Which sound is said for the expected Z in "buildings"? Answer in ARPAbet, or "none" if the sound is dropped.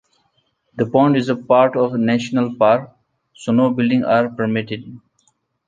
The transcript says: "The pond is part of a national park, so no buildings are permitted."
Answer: none